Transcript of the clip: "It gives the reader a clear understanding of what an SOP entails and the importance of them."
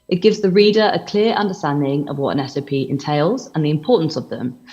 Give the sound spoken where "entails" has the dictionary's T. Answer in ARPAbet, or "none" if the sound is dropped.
T